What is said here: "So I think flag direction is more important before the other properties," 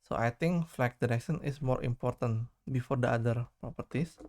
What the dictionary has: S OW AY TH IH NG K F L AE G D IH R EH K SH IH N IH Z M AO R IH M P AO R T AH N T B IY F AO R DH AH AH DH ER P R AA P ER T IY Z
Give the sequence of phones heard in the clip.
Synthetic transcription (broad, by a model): S OW AY T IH NG K F L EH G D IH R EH K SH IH N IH S M AO R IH M P AO R T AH N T B IY F AO R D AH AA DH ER P R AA P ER T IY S